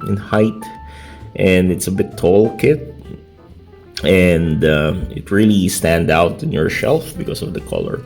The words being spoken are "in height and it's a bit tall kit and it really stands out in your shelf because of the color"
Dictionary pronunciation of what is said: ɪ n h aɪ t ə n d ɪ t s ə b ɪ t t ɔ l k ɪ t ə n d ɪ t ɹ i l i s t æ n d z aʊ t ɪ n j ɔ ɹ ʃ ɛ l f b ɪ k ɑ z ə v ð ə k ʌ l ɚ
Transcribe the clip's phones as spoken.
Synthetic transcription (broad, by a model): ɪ n h aɪ t ə n d ɪ t s ə b ɪ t t ɔ l k ɪ t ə n d ɪ t ɹ i l i s t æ n d aʊ t ɪ n j ɔ ɹ ʃ ɛ l f b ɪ k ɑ s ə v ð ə k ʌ l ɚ